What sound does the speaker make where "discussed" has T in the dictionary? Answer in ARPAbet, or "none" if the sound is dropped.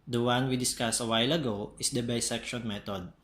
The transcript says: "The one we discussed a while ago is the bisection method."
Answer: none